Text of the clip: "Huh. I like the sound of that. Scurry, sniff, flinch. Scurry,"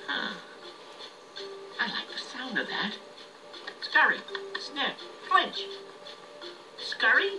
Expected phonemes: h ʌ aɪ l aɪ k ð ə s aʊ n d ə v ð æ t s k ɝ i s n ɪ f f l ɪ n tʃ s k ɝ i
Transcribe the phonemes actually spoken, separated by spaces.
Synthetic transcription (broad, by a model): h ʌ aɪ l aɪ k ð ə s aʊ n d ə v ð æ t s k ɝ i s n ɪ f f w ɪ n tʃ s k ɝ i